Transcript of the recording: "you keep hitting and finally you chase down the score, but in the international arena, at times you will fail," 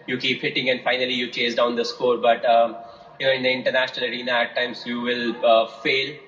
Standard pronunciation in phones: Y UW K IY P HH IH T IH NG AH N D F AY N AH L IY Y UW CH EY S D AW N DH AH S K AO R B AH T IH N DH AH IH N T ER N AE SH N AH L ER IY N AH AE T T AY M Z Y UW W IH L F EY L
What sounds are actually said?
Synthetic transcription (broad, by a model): Y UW K IY P HH IH T IH NG AH N D F AY N AH L IY Y UW CH EY S D AW N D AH S K AO R B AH T IH N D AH IH N T ER N AE SH N AH L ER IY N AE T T AY M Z Y UW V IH L F EY L